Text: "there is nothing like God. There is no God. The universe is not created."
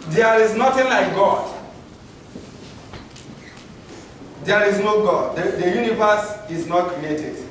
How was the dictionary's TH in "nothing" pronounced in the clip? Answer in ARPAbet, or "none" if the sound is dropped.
T